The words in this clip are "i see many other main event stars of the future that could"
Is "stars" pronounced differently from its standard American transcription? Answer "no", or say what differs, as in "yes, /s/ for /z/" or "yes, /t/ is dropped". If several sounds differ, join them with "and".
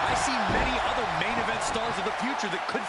no